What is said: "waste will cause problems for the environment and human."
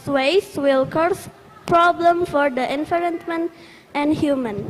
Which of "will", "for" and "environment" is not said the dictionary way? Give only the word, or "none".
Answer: environment